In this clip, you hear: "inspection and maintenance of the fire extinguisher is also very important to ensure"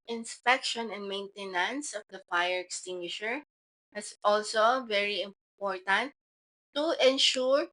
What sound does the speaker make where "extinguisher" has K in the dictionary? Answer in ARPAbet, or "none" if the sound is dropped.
K